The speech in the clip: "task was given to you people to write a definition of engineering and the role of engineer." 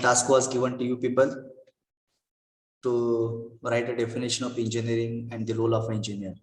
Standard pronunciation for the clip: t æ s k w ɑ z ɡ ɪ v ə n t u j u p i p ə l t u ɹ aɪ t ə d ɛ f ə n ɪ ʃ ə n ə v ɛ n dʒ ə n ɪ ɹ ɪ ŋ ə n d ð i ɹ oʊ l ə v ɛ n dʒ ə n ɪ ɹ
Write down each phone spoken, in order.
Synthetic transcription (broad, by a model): t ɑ s k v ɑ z ɡ ɪ v ə n t u j u p i p ə l t u ɹ aɪ t ə d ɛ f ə n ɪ ʃ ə n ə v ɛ n dʒ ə n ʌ ɹ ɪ ŋ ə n d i l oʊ l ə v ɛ n dʒ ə n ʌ ɹ